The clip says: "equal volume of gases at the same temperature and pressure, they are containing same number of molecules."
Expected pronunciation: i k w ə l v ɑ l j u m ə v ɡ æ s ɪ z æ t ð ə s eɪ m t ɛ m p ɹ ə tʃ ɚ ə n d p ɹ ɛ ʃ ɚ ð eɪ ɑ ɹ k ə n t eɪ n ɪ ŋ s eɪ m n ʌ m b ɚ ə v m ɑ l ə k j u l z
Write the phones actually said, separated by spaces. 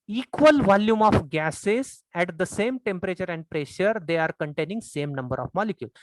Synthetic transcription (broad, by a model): i k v ə l v ɑ l j u m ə f ɡ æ s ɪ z æ t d ə s eɪ m t ɛ m p ɹ ə tʃ ɚ ə n d p ɹ ɛ ʃ ɚ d eɪ ɑ ɹ k ə n t eɪ n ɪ ŋ s eɪ m n ʌ m b ɚ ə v m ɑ l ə k j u l